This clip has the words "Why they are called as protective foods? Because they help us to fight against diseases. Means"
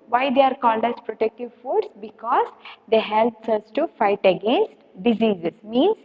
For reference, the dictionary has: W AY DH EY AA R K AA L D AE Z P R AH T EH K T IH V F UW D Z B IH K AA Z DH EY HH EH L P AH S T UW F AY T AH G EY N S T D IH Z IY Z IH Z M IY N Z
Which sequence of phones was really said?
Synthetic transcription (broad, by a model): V AY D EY AA R K AA L D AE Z P R AH T EH K T IH V F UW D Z B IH K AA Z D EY HH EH L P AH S T UW F AY T AH G EY N S T D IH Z IY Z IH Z M IY N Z